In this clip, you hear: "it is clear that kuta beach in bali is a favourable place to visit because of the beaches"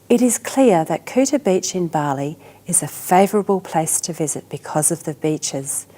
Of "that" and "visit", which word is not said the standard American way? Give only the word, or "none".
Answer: none